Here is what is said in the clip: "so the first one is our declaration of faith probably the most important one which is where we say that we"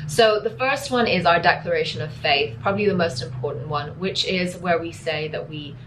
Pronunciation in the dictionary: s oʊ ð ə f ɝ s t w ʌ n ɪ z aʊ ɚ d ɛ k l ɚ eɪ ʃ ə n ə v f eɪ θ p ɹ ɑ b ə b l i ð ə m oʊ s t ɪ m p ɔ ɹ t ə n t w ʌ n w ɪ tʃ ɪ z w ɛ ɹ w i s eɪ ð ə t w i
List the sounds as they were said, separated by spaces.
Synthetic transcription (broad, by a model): s oʊ ð ə f ɝ s t w ʌ n ɪ z aʊ ɚ d ɛ k l ɚ eɪ ʃ ə n ə v f eɪ θ p ɹ ɑ b ə b l i ð ə m oʊ s t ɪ m p ɔ ɹ t n t w ʌ n w ɪ tʃ ɪ z w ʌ ɹ w i s eɪ ð ə t w i